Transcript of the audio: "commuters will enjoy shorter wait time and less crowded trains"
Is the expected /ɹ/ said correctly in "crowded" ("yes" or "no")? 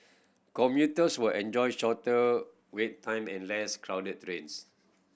yes